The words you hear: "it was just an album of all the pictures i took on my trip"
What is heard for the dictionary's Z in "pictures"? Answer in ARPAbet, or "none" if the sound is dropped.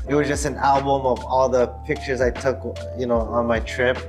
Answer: Z